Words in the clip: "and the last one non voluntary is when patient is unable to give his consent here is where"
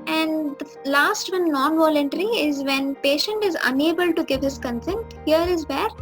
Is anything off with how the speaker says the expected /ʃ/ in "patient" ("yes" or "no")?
no